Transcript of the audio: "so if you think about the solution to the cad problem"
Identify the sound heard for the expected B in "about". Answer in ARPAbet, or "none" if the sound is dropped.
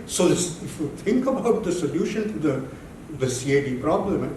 B